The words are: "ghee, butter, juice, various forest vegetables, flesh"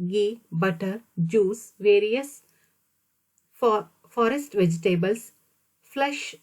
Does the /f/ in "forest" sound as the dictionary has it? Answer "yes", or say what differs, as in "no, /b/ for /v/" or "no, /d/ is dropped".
yes